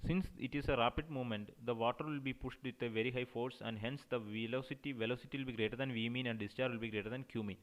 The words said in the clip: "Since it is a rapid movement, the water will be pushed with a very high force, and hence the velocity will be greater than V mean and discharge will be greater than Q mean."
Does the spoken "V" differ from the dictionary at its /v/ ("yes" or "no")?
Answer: no